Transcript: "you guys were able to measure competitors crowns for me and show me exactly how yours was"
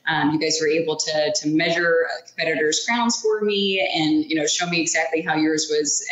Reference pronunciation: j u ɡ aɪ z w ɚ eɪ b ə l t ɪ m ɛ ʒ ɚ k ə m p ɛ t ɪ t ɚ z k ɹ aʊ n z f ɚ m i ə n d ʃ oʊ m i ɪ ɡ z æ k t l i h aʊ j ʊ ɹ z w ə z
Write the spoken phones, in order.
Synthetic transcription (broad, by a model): j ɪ ɡ aɪ z w ɚ eɪ b l t ɪ m ɛ ʒ ɚ k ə m p ɛ t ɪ t ɚ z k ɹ aʊ n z f ɚ m i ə n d ʃ oʊ m i ɪ ɡ z æ k t l i h aʊ j ʊ ɹ z w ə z